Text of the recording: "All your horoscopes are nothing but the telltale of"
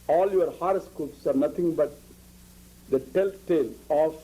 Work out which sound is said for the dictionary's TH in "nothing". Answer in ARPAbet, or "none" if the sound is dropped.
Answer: T